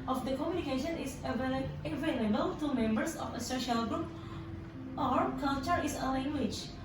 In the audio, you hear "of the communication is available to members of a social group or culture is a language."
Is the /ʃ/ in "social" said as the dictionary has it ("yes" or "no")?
yes